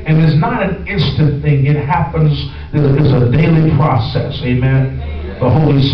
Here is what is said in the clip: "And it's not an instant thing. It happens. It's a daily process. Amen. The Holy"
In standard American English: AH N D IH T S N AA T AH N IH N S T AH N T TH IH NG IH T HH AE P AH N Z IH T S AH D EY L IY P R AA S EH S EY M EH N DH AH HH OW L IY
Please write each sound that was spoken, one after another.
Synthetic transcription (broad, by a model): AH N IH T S N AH T AH N IH N S T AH N TH IH NG IH T HH AE P AH N Z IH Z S AH D EY L IY P R AA S EH S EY M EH N DH AH HH OW L IY